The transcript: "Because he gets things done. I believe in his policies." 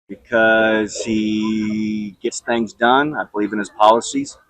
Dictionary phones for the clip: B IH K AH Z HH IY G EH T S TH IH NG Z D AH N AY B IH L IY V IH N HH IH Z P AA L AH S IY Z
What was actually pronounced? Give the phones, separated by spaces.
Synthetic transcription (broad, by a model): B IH K AH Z HH IY G EH T S TH IH NG Z D AH N AY B IH L IY V IH N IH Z P AA L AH S IY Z